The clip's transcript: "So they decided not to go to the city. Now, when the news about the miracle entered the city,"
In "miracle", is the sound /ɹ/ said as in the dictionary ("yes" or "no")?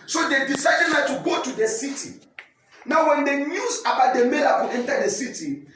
no